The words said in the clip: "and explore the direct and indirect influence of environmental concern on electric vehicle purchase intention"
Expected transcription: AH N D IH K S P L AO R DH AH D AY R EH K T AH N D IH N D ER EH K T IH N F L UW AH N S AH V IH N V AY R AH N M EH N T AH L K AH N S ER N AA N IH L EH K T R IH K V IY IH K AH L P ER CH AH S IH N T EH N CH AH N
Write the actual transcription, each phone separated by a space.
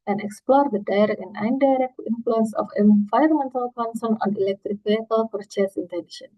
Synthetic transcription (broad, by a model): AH N IH K S P L AO R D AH D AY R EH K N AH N D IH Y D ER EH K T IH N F L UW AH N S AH F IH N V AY AH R M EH N T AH L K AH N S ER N AA N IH L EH K T R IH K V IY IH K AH L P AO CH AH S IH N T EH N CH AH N